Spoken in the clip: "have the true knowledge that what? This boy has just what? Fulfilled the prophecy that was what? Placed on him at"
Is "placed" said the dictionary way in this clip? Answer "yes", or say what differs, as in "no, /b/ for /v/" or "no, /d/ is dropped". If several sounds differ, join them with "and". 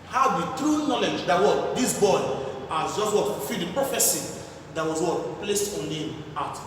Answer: yes